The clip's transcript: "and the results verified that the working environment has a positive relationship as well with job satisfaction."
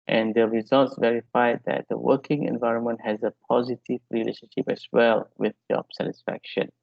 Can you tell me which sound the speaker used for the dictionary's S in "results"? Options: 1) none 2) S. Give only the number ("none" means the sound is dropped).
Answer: 2